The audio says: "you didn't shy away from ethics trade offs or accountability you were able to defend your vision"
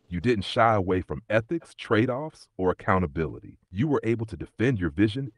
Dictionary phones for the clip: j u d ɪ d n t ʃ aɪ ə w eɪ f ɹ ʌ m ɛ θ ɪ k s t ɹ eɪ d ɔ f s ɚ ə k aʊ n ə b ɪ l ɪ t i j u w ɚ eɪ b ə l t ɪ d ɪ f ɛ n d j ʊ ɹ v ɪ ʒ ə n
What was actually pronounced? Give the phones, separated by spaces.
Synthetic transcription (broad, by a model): j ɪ d ɪ d n t ʃ aɪ ə w eɪ f ɹ ʌ m ɛ θ ɪ k s t ɹ eɪ d ɔ f s ɚ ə k aʊ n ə b ɪ l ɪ t i j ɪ w ɚ eɪ b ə l t ɪ d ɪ f ɛ n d j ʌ ɹ v ɪ ʒ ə n